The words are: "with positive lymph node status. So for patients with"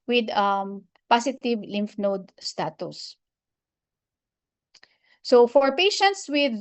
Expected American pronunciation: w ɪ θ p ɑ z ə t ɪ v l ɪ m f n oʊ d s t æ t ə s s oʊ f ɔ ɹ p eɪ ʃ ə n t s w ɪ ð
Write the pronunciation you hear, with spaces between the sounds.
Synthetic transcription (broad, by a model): w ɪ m p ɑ s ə t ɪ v l ɪ m f n oʊ d s t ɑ t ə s s oʊ f ɔ ɹ p eɪ ʃ ə n t s w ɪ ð